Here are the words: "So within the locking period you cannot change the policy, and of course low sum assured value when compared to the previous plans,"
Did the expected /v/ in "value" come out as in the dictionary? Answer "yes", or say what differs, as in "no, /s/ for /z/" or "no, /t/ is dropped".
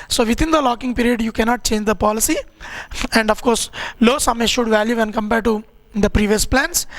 yes